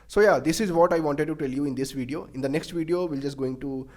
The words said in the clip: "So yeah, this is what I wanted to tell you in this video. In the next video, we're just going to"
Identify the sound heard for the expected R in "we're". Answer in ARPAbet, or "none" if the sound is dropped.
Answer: L